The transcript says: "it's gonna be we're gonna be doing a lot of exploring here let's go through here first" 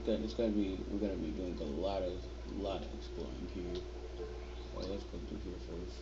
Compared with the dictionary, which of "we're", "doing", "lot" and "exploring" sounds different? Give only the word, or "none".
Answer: exploring